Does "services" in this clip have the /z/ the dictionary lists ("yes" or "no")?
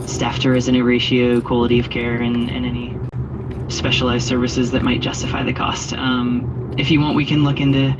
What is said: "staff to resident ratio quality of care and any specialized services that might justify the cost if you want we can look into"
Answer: yes